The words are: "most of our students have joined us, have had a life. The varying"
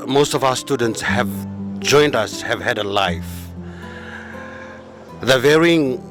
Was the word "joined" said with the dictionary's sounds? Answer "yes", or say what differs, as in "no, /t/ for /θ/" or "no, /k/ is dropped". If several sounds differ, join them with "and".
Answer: yes